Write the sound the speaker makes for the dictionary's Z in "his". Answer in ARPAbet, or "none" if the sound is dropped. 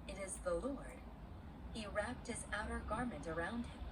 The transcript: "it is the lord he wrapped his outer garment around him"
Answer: Z